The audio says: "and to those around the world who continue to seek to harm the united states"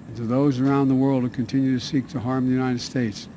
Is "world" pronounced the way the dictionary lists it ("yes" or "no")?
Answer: yes